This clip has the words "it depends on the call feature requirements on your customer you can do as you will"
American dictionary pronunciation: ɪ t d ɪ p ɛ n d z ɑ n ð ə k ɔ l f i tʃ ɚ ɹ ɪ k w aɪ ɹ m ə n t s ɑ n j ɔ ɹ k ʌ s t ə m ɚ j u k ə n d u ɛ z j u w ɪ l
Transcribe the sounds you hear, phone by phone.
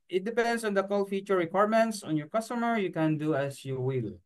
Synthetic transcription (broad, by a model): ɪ t d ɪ p ɛ n d s ɑ n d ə k ɔ l f i tʃ ɚ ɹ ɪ k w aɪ ɹ m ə n t s ɑ n j ɔ ɹ k ʌ s t ə m ɚ j u k ə n d u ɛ s j u w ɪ l